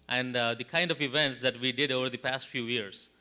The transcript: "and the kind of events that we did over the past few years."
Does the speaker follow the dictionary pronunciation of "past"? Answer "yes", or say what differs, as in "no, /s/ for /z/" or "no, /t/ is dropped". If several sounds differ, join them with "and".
yes